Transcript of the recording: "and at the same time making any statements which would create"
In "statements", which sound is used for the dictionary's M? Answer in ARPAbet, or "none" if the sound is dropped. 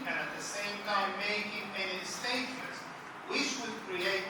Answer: none